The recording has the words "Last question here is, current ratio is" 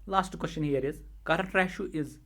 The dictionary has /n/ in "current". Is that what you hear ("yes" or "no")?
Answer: no